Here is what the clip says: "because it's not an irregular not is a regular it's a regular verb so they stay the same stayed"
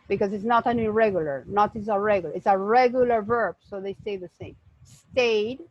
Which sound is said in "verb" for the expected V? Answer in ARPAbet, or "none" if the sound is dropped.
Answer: V